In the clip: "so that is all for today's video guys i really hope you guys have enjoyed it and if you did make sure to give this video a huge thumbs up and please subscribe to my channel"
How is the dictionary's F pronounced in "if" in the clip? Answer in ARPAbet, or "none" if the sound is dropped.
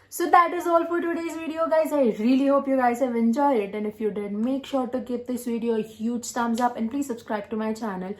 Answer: F